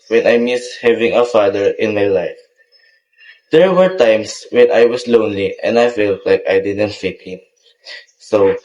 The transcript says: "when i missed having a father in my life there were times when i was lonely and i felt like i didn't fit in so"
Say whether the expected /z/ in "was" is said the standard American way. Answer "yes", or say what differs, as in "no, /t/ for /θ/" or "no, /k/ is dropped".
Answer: no, /s/ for /z/